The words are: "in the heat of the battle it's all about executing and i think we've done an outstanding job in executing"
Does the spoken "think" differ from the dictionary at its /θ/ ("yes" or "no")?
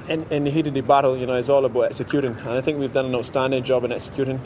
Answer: no